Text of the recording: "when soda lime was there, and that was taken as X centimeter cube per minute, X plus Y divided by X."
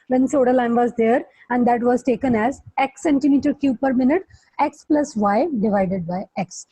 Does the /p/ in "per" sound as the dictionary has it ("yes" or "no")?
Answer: yes